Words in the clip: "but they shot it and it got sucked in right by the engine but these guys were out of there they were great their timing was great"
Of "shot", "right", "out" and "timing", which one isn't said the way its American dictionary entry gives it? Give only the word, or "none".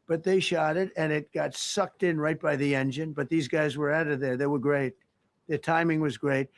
none